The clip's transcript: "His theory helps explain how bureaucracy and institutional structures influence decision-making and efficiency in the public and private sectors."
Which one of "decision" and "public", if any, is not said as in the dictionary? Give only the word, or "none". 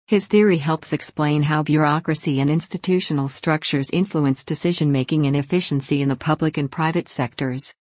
none